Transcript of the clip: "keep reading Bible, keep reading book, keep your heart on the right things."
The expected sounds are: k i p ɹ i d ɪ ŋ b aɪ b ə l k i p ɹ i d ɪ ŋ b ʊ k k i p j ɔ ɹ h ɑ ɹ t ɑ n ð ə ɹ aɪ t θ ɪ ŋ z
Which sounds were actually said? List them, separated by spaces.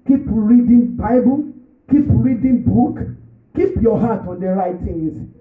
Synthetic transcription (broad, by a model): k i p ɹ i d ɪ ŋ b aɪ b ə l k i p ɹ i d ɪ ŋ b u k k i p j ɔ h ɑ t ɑ n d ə ɹ aɪ t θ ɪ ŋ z